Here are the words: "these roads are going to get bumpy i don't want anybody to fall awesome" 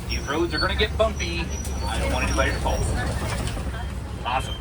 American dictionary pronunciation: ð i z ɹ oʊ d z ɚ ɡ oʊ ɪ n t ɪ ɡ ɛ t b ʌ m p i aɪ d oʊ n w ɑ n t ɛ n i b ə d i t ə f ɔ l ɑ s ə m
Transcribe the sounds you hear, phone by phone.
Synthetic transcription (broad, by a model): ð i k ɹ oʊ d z ɚ ɡ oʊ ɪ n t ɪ ɡ ɛ t b ʌ m p i aɪ d oʊ n w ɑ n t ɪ l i ə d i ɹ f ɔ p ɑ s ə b